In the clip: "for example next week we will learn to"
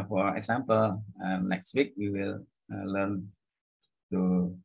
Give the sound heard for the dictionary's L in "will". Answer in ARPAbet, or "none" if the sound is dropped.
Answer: L